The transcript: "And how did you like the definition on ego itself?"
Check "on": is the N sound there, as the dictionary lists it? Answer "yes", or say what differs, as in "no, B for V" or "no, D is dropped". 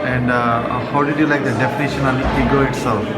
no, L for N